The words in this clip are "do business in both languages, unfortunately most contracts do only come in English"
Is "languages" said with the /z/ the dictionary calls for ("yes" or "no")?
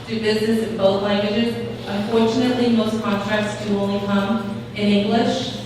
yes